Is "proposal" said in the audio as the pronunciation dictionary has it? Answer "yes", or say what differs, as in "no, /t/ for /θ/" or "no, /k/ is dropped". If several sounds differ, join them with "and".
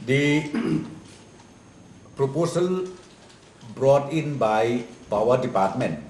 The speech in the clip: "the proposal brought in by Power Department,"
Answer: no, /s/ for /z/